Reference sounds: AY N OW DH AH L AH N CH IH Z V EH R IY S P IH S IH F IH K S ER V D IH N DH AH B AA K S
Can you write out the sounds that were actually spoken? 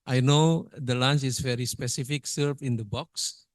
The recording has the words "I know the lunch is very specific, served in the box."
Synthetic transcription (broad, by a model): AY N OW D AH L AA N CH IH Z V EH R IY S P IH S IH F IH K S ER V IH N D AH B AA K S